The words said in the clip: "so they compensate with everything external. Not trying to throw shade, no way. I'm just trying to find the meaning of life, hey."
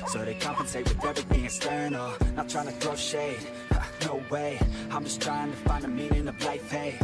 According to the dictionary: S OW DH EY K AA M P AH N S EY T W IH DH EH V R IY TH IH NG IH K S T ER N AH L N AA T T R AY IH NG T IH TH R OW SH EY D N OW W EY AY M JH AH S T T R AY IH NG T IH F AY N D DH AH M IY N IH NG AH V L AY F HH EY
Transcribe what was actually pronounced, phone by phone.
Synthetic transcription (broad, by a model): S OW DH EY K AA M P AH N S EY T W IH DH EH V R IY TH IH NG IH S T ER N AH N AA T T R AY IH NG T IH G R OW SH EY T N OW W EY AY M JH AH S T T R AY IH NG T IH F AY N D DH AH M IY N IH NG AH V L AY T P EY